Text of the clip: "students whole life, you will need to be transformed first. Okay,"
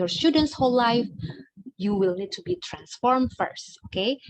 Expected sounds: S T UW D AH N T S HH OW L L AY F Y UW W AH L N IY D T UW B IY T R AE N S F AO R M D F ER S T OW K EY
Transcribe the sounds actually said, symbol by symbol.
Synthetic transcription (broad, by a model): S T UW D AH N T S HH OW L L AY F Y UW W AH L N IY D T UW B IY T R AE N S F AO R M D F ER S T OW K EY